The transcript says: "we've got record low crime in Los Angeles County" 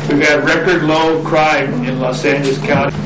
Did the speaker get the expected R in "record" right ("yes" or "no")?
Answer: yes